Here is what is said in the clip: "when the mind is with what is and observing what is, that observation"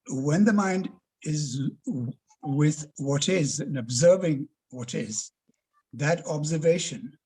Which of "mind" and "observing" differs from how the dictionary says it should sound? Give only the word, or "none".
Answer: none